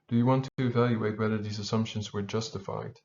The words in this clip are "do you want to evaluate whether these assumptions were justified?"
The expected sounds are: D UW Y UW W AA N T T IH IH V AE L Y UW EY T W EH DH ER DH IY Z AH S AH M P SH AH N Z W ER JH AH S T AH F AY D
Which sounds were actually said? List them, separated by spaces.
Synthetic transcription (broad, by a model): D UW Y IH W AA N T T IH IH V AE L Y UW EY T W EH DH ER DH IY Z AH S AH M P SH AH N Z W ER JH AH S T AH F AY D